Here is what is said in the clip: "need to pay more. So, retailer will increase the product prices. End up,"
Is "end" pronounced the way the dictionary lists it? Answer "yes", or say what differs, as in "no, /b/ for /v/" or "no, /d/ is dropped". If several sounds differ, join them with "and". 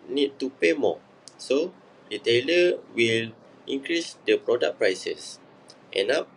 no, /d/ is dropped